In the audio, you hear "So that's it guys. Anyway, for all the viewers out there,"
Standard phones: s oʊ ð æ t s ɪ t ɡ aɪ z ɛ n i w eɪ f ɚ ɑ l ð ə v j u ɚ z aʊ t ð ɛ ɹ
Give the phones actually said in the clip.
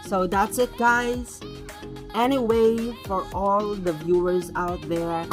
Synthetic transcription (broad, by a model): s oʊ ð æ t s ɪ t ɡ aɪ z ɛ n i w eɪ f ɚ ɑ l ð ə v j u ɚ z aʊ t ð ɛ ɹ